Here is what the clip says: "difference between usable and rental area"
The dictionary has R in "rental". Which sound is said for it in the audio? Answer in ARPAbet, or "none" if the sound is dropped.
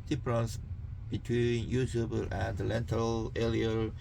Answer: L